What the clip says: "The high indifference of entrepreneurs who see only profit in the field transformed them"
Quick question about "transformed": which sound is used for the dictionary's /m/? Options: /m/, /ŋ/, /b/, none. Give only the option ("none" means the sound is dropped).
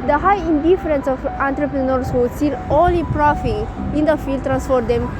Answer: none